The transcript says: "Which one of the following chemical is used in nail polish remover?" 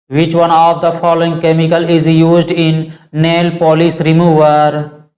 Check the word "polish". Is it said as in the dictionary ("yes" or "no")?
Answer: no